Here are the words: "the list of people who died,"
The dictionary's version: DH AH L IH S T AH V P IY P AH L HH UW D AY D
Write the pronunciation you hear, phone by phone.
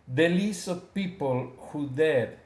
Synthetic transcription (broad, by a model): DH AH L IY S AH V P IY P AH L HH UW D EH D